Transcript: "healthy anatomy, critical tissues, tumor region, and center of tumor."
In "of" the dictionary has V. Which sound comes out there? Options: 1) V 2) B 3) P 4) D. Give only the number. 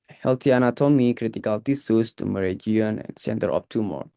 3